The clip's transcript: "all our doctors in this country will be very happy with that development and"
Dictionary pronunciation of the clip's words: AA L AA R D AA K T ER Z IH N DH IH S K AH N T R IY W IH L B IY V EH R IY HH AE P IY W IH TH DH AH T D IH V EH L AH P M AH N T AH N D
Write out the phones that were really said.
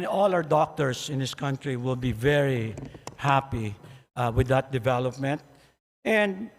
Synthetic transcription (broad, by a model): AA L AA W D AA K T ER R IH N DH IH S K AH N T R IY W IH L B IY V EH R IY HH AE P IY W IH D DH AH T D IH V EH L AH P M AH N T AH N D